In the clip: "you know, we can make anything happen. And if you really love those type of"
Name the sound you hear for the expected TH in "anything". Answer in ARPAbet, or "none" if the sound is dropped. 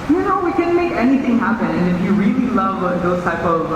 TH